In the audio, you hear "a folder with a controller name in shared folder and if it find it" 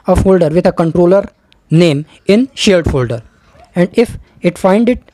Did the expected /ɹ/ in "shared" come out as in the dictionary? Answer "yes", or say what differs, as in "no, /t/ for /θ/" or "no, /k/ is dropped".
no, /l/ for /ɹ/